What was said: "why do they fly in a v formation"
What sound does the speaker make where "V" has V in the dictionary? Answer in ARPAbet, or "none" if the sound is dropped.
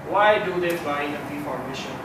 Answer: P